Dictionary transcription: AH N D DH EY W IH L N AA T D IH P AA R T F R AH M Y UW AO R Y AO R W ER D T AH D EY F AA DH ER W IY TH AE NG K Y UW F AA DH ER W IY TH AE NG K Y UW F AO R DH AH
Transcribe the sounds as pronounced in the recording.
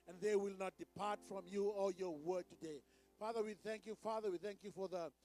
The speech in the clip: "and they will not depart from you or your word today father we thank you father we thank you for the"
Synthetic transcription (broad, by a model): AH N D DH EY W IH L N AA T D IH P AA R T F R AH M Y UW AO L Y AO R W ER D T AH D EY F AA DH ER W IY TH AE NG K Y UW F AA DH ER W IY TH AE NG K Y UW F AO R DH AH